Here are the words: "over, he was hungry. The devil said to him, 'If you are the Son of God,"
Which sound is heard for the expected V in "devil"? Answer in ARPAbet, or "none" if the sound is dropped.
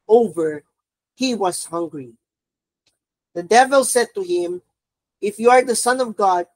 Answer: V